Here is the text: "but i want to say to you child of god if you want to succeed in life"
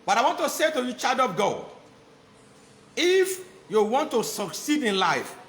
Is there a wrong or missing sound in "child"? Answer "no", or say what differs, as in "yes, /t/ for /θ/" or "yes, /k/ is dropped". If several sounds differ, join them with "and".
yes, /l/ is dropped